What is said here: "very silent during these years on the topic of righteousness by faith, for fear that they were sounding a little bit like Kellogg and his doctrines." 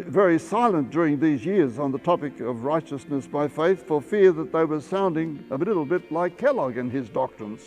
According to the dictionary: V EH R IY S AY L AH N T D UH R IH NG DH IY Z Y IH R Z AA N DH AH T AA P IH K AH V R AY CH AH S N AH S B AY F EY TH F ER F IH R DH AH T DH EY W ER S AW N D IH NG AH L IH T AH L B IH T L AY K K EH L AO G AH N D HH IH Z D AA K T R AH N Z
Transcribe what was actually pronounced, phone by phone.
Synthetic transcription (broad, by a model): V EH R IY S AY L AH N D UH R IH NG DH IY Z Y IH R Z N DH AH T AA P IH K AH V R AY CH AH S N AH S B AY F EY TH F ER F IH R DH AH T DH EY W ER S AW N D IH NG AH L IH T L B IH T L AY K K EH L AO G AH N IH Z D AA K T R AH N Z